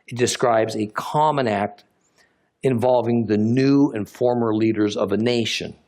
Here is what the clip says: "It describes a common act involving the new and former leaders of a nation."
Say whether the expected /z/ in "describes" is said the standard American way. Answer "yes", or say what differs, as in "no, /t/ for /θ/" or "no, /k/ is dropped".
yes